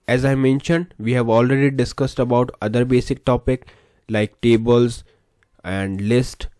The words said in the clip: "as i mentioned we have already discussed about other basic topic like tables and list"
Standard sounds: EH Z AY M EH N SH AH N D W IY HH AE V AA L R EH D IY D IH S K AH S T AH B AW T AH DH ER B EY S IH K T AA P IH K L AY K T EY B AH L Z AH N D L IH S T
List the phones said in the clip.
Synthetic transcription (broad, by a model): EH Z AY M EH N SH AH N D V IY HH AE V AA L R EH D IY D IH S K AH S T AH B AW T AH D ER B EY S IH K T AA P IH K L AY K T EY B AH L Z AH N D L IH S T